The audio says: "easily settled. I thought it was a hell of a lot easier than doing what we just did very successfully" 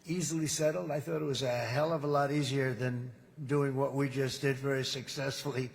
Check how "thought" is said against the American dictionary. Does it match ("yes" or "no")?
yes